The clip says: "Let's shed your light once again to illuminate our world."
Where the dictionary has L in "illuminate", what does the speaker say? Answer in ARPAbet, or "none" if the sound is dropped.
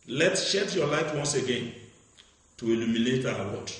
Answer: L